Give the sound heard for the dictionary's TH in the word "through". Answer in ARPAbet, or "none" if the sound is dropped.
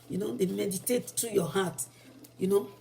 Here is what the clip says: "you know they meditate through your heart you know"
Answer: T